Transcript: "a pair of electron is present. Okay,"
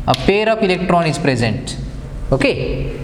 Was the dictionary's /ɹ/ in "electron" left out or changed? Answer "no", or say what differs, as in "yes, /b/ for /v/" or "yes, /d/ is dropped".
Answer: no